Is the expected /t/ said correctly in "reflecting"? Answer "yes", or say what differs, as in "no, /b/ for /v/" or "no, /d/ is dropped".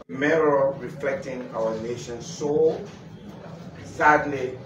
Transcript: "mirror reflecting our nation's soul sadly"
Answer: yes